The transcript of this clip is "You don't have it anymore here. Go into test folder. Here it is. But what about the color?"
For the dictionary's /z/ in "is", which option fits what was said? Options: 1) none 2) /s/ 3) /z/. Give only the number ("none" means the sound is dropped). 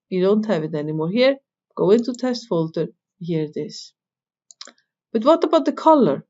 2